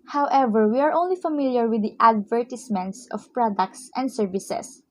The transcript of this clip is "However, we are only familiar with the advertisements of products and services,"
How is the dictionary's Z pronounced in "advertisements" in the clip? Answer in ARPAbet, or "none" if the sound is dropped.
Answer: S